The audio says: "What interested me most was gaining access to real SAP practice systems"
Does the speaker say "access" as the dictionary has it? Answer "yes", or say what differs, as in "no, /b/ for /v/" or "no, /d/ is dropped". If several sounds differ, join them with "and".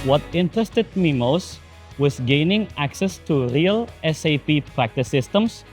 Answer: yes